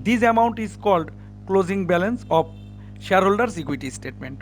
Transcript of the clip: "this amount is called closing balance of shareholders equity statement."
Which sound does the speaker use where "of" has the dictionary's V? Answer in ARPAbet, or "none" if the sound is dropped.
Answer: P